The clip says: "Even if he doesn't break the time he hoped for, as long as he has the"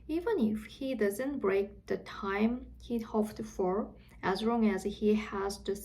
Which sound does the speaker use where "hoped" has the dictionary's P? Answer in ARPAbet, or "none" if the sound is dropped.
F